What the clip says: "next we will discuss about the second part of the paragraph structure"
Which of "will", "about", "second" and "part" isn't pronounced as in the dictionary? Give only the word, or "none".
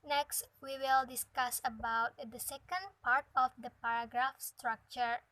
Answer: none